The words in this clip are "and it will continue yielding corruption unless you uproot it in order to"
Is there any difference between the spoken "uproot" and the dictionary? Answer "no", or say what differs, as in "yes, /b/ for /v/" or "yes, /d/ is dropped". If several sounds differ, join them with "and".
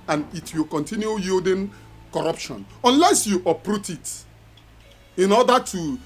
no